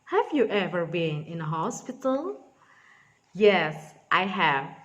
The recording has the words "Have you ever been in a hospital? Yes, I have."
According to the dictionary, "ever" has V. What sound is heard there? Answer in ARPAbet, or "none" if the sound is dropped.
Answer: V